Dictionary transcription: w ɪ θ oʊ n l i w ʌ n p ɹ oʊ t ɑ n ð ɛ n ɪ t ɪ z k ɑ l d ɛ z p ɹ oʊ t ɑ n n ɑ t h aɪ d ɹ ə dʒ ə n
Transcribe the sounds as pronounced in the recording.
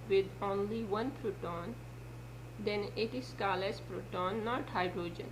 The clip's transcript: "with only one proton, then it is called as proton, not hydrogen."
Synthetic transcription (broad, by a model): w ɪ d oʊ n l i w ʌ n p ɹ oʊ t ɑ n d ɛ n ɪ t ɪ s k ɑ l ɛ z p ɹ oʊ t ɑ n n ɑ t h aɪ d ɹ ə dʒ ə n